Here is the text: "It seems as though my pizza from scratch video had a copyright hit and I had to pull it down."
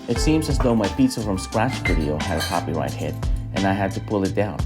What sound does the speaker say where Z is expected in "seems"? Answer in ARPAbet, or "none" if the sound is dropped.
Z